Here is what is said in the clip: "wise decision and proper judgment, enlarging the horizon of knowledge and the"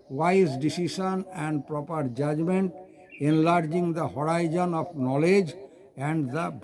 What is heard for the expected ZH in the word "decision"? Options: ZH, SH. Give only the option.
SH